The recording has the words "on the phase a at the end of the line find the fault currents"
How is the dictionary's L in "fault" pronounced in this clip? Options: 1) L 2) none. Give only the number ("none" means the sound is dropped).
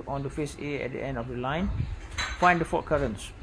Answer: 2